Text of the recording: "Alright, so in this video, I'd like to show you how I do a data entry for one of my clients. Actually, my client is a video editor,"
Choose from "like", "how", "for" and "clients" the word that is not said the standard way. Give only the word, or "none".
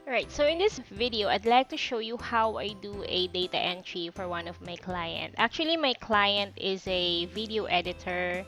clients